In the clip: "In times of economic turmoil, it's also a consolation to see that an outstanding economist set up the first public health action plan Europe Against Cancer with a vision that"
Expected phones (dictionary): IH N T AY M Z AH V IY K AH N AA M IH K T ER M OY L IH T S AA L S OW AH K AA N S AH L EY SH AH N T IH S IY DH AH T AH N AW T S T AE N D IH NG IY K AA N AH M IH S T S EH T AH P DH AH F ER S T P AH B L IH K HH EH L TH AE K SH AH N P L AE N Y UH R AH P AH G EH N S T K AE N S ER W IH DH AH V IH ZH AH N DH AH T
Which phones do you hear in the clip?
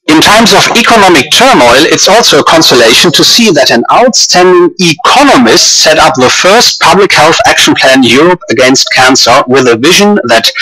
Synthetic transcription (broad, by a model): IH N T AY M Z AH V IY K AH N AA M IH K T ER M OY L IH T S AA L S OW AH K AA N S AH L EY SH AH N T IH S IY DH AH T AH N AW T S T AE N D IH NG IY K AA N AH M IH S T S EH T AH P DH AH F ER S T P AH B L IH K HH EH L TH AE K SH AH N P L AE N Y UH R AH P AH G EH N S T K AE N S ER W IH DH AH V IH ZH AH N DH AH T